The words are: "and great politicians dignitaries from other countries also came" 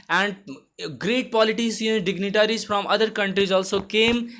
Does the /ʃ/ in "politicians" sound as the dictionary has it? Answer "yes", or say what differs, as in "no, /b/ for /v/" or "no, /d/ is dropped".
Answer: no, /s/ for /ʃ/